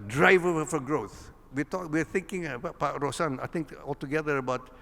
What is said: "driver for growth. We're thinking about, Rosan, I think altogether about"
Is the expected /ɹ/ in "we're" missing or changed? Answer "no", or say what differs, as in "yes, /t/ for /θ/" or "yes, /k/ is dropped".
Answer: yes, /w/ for /ɹ/